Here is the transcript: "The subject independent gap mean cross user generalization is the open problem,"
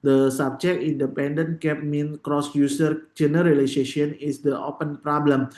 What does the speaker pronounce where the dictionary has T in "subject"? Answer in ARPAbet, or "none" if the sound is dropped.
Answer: none